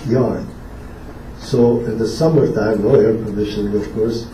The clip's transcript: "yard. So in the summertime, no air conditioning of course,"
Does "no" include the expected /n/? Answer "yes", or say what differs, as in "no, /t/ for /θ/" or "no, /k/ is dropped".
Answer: no, /l/ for /n/